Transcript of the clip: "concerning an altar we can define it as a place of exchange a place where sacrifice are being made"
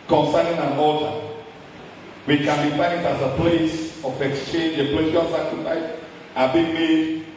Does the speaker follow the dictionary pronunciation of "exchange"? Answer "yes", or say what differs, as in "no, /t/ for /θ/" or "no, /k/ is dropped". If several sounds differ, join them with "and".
yes